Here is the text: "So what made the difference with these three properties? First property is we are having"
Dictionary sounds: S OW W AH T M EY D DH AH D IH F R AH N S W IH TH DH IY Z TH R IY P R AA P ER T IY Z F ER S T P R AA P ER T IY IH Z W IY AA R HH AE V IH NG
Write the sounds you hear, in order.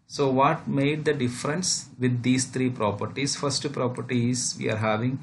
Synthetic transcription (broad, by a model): S OW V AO T M EY D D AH D IH F R AH N S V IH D IY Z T R IY P R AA P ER T IY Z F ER S T P R AA P ER T IY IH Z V IY AA R HH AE V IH NG